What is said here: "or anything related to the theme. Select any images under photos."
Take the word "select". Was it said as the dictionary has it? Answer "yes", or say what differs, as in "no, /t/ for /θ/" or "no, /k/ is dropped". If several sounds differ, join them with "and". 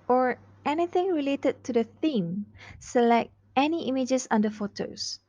yes